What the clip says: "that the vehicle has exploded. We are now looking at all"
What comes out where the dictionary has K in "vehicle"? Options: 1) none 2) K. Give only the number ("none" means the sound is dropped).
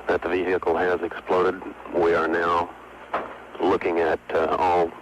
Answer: 1